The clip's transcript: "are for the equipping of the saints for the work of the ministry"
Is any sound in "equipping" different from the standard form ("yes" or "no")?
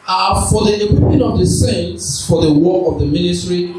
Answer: yes